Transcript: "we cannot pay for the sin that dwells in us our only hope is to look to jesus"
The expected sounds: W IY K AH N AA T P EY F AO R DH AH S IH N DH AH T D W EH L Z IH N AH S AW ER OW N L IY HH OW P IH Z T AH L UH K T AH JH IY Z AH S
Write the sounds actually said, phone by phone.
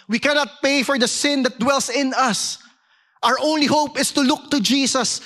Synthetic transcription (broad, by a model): W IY K AH N AA T P EY F AO R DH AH S IH N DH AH T D W EH L S IH N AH S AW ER OW N L IY HH OW P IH S T AH L UH K T AH JH IY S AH S